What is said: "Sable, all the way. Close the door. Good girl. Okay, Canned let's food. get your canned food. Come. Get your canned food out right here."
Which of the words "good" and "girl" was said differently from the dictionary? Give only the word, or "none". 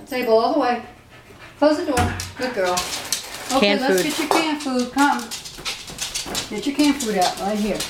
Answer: none